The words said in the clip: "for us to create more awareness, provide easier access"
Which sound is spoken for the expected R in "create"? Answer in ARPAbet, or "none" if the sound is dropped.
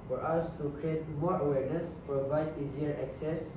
R